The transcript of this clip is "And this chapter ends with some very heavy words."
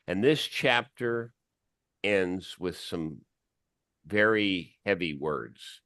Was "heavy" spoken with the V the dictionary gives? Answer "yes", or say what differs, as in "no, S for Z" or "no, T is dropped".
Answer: yes